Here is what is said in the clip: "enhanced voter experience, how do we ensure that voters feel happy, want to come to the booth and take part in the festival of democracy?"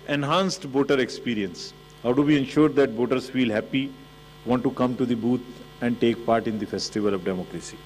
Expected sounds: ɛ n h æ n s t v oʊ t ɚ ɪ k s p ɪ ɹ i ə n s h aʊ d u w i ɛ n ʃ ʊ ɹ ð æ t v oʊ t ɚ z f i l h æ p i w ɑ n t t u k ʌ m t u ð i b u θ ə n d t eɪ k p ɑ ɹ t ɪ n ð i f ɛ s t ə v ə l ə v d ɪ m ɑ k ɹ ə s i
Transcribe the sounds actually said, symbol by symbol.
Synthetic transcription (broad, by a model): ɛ n h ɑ n s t b oʊ t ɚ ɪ k s p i ɹ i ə n s h aʊ d u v i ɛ n ʃ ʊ ɹ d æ t b oʊ t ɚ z f i l h æ p i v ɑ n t t u k ʌ m t u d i b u t ə n d t eɪ k p ɑ ɹ t ɪ n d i f ɛ s t ə v ə l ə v d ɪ m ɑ k ɹ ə s i